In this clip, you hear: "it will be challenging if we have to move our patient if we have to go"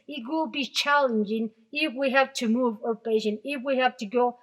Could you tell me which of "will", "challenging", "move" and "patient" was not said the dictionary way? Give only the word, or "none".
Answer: patient